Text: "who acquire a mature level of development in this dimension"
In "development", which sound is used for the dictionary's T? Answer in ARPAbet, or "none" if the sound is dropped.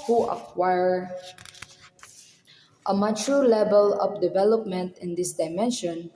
T